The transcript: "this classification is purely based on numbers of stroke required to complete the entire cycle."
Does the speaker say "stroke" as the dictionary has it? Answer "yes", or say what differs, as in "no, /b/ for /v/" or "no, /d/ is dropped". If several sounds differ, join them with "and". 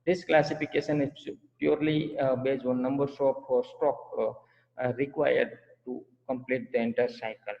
no, /ɹ/ is dropped